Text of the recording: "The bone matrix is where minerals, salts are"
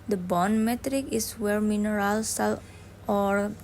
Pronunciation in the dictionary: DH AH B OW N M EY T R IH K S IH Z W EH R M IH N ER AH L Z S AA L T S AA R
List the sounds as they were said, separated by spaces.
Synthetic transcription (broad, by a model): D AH B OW N M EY T R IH K IH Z W EH R M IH N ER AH L S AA L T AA R